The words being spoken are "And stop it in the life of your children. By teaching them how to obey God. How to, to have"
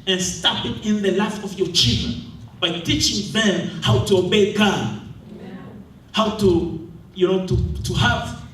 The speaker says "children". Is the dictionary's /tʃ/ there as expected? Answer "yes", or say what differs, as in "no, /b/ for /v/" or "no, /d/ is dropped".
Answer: yes